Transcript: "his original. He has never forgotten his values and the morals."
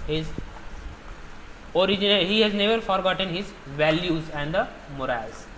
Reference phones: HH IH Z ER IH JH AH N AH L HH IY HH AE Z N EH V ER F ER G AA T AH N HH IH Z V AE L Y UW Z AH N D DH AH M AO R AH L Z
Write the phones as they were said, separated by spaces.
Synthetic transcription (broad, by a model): HH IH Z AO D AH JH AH N HH IY HH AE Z N EH V ER F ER G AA T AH N HH IH Z V AE L Y UW Z AH N D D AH M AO R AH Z